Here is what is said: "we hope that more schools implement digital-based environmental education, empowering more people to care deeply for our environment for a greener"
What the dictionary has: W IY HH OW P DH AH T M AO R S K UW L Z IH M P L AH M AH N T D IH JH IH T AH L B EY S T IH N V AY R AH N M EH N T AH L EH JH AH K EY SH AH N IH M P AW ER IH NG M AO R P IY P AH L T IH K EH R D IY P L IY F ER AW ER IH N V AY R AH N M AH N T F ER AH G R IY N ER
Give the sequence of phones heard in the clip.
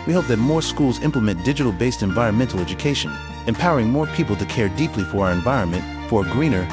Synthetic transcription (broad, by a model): W IY HH OW P DH AH T M AO R S K UW L Z IH M P L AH M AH N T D IH JH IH T L B EY S T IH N V AY R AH N M EH N T L EH JH AH K EY SH AH N IH M P AW ER IH NG M AO R P IY P L T IH K EH R D IY P L IY F ER AW ER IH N V AY R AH N M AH N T F ER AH G R IY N ER